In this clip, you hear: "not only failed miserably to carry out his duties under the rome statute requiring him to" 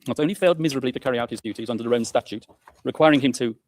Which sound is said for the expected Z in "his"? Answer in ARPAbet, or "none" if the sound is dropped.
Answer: Z